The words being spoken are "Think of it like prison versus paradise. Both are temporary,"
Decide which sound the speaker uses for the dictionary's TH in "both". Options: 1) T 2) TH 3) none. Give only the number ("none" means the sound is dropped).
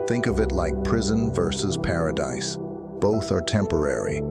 2